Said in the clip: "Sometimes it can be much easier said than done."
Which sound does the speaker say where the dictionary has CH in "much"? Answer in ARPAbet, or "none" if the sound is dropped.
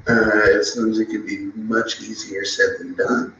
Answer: CH